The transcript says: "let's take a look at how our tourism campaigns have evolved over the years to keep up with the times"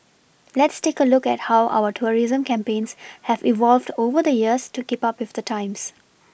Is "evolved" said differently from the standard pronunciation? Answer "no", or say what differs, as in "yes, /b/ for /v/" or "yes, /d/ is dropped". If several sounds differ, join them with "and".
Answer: no